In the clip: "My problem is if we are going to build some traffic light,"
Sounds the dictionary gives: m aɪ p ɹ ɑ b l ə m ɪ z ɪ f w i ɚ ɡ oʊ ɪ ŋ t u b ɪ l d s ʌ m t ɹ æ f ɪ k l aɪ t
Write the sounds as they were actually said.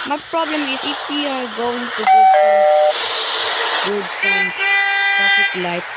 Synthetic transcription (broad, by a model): m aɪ p ɹ ɑ b l ə m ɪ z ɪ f w i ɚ ɡ oʊ ɪ ŋ t u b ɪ w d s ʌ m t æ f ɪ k l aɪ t